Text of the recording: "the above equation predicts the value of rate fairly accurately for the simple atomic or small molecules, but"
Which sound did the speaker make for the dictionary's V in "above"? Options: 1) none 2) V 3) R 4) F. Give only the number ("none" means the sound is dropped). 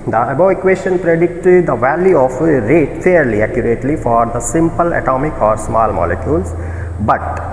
1